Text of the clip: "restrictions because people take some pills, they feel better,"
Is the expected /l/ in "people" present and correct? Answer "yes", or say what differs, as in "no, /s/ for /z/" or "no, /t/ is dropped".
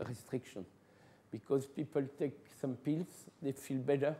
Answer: yes